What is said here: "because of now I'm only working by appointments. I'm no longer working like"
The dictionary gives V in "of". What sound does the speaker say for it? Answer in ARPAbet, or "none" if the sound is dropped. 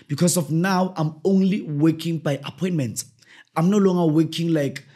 F